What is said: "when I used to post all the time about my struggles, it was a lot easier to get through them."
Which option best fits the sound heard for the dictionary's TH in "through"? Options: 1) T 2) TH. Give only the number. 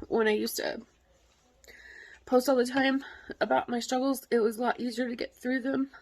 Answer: 2